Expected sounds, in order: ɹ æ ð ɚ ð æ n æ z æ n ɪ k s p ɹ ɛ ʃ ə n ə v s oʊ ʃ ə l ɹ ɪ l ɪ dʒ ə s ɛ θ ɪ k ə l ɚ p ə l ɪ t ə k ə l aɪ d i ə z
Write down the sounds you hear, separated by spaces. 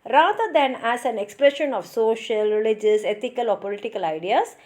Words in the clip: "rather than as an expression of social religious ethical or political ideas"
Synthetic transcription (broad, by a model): ɹ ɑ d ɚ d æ n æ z æ n ɪ k s p ɹ ɛ ʃ ə n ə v s oʊ ʃ ə l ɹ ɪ l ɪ dʒ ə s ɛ t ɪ k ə l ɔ p ə l ɪ t ə k ə l aɪ d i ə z